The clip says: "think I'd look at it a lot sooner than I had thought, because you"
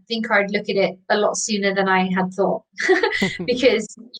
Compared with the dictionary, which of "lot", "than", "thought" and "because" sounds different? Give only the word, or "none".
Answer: none